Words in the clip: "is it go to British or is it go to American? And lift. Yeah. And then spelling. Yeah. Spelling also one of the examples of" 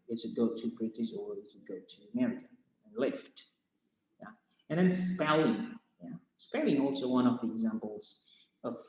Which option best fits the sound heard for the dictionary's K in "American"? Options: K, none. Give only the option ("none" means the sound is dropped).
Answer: none